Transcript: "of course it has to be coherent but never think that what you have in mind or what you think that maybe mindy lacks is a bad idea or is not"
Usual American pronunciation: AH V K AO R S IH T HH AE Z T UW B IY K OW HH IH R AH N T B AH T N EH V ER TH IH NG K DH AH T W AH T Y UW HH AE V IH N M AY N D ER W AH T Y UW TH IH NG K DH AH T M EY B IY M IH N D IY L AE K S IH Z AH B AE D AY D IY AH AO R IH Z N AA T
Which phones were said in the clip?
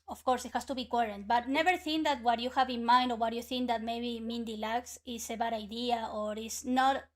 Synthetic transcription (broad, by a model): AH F K AO R S IH T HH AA S T UW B IY K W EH R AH N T B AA T N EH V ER TH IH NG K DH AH T W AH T Y UW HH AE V IH N M AY N D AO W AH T Y UW TH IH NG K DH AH T M EY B IY M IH N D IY L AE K S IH S AH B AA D AY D IY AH AO R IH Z N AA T